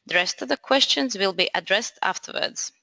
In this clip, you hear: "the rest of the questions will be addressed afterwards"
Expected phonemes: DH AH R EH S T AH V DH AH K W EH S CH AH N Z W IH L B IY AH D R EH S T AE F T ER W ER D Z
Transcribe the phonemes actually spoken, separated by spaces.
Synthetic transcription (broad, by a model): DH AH R EH S T AH V DH AH K W EH S CH AH N Z W IH L B IY AH D R EH S T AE F T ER W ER D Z